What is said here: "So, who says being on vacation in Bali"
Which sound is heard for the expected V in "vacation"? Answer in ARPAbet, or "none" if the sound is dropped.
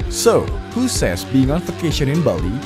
F